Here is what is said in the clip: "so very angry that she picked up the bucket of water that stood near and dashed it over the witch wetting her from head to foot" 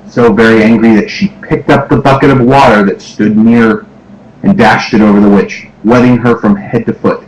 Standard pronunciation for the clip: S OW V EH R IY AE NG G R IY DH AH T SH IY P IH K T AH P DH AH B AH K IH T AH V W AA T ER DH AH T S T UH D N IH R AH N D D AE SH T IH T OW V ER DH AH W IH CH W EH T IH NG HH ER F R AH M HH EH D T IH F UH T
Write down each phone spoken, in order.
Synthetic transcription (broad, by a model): S OW V EH R IY AE NG G R IY DH AH T SH IY P IH K T AH P DH AH B AH K IH T AH V W AA T ER DH AH T S T UH D N IH R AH N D D AE SH T IH T OW V ER DH AH W IH CH W EH T IH NG ER F R AH M HH EH D T IH F UH T